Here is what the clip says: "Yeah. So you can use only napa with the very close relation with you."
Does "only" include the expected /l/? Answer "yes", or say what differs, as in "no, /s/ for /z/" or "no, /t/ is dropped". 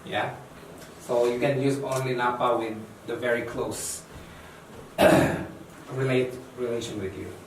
yes